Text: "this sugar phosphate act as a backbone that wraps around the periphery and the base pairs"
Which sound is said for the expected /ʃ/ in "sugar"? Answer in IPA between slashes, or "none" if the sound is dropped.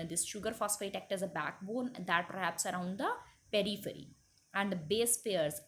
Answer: /ʃ/